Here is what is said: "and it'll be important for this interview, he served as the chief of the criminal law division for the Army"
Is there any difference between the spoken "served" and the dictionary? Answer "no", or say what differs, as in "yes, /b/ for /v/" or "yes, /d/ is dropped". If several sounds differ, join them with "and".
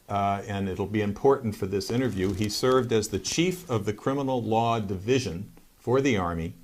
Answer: no